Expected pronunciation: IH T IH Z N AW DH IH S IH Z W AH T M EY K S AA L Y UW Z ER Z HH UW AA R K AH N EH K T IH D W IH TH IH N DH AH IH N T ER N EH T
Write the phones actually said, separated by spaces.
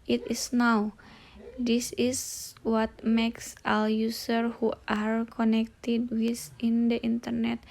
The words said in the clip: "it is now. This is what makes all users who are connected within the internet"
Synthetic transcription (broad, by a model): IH T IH S N AW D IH S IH S W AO T M EY K S AA L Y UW S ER HH UW AA R K AH N EH K T IH D W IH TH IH N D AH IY N T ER N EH T